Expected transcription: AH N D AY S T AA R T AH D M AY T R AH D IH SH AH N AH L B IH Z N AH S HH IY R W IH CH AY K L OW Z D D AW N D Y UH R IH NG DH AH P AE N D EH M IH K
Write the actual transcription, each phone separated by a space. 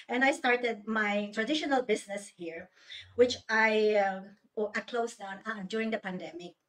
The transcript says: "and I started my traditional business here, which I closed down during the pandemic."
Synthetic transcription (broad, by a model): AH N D AY S T AA R T AH D M AY T R AH D IH SH AH N AH L B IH S N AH S HH IY R W IH CH AY K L OW S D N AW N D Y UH R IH NG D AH P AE N D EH M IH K